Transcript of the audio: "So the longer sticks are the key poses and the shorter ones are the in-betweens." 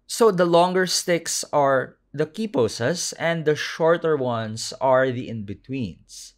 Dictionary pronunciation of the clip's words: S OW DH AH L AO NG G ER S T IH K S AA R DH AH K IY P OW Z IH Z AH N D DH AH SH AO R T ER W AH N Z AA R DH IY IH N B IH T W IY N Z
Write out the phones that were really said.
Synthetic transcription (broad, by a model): S OW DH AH L AO NG G ER S T IH K S AA R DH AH K IY P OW S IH S AH N D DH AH SH AO R T ER W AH N S AA R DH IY IH N B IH T W IY N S